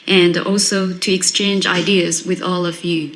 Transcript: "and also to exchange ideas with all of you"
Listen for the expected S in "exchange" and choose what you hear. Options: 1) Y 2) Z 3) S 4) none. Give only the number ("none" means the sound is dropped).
3